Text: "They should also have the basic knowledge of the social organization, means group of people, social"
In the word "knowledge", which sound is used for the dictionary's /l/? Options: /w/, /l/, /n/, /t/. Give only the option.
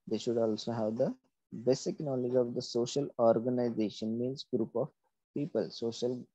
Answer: /l/